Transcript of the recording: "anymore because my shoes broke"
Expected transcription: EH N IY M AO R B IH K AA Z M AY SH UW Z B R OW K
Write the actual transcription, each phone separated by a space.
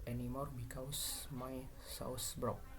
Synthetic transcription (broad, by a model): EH N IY M AO R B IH K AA S M AY S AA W B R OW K